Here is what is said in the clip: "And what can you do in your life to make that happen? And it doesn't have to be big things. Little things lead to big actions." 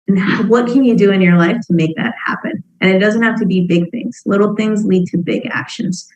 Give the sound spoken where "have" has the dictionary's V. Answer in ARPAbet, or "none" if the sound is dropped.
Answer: F